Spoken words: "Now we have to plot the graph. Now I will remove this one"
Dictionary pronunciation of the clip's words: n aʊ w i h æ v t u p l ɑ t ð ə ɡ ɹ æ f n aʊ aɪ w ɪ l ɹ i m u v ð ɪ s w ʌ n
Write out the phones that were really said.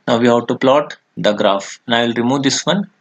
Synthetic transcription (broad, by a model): n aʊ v i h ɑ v t u p l ɑ t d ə ɡ ɹ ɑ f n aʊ aɪ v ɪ l ɹ i m u v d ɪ s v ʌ n